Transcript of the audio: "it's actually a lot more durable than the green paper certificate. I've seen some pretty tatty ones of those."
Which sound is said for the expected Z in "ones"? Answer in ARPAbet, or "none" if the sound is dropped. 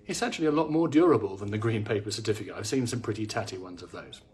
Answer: Z